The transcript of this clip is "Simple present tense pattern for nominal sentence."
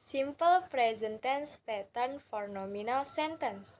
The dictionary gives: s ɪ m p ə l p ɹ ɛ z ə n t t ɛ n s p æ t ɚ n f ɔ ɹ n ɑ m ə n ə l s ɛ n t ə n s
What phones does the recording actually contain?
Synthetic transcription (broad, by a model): s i m p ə l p ɹ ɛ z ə n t t ɛ n s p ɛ t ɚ n f ɔ ɹ n ɑ m ə n ə l s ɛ n t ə n s